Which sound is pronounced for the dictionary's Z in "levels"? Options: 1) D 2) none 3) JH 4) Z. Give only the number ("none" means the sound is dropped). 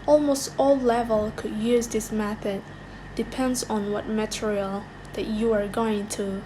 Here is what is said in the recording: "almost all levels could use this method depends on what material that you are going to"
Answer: 2